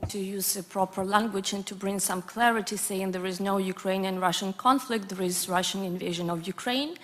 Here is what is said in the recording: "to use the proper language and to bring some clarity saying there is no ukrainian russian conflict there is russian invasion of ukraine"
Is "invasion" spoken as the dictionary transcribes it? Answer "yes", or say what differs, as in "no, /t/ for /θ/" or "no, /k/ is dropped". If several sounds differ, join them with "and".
yes